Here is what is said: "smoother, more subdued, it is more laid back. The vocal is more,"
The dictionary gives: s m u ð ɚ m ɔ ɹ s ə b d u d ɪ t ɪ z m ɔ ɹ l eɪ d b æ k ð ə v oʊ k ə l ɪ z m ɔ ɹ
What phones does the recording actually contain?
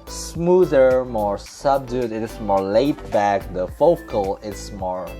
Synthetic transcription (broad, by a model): s m u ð ɚ m ɔ ɹ s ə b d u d ɪ t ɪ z m ɔ ɹ l eɪ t b æ k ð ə f oʊ k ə l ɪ s m ɔ ɹ